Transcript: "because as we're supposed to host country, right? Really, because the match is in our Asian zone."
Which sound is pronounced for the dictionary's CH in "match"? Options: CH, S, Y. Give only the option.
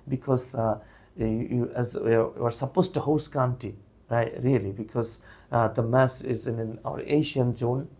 S